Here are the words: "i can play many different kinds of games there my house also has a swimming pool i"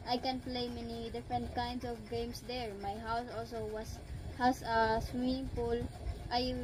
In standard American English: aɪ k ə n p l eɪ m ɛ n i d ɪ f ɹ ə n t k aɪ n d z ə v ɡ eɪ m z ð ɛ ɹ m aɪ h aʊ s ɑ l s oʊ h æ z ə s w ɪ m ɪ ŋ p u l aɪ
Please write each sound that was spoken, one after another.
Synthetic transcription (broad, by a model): aɪ k ə n p l eɪ m ɛ n i d ɪ f ɹ ə n t k aɪ n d s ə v ɡ eɪ m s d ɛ ɹ m aɪ h aʊ s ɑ l s oʊ h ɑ s ə s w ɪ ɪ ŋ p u l aɪ